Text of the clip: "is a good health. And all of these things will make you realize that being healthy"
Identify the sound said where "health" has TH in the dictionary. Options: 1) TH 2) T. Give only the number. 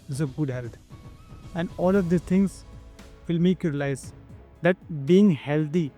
2